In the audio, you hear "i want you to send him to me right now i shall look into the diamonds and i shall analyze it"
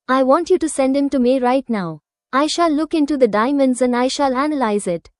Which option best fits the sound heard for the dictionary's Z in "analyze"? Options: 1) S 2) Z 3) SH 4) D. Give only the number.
2